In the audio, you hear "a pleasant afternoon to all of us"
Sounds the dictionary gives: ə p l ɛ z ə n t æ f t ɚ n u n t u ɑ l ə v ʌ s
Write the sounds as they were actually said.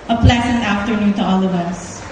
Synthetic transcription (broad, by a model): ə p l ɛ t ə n æ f t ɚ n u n t u ɑ l ə v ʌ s